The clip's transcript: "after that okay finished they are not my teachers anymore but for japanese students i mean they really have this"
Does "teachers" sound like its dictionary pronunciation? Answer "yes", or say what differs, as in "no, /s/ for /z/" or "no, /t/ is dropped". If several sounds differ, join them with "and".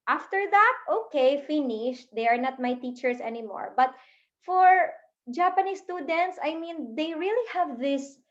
no, /s/ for /z/